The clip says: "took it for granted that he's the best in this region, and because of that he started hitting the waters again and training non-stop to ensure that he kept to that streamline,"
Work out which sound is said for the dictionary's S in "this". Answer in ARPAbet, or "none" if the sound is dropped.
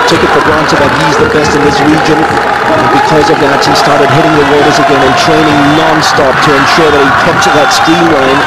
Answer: S